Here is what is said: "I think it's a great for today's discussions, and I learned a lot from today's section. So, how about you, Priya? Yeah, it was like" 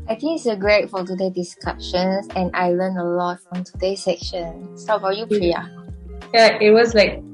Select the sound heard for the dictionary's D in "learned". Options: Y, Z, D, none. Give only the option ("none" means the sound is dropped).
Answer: none